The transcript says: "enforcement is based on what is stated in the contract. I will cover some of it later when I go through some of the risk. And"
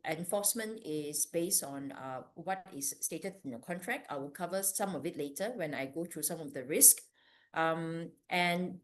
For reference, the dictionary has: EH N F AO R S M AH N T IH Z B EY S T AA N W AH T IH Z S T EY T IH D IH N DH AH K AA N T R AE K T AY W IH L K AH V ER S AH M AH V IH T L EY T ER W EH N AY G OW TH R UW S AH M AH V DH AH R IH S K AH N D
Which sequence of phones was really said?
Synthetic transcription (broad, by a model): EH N F AO S M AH N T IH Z B EY S T AA N W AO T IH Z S T EY T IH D IH N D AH K AA N T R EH K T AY W IH L K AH V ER S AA M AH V IH T L EY T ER W EH N AY G OW T R UW S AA M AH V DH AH R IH S K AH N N